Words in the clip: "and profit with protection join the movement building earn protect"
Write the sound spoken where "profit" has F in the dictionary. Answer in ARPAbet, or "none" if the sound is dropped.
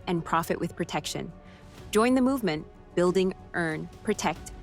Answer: F